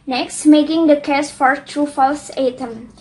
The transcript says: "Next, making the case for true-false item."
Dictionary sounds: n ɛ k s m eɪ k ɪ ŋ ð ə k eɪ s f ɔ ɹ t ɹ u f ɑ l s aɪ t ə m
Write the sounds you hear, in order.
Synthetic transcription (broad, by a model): n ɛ k s m eɪ k ɪ ŋ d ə k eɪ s f ɔ ɹ t ɹ u f ɑ l s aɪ t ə m